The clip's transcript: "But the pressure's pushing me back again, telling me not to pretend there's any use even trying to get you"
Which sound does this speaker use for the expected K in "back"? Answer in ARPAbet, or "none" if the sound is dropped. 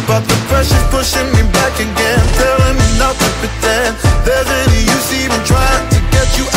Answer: K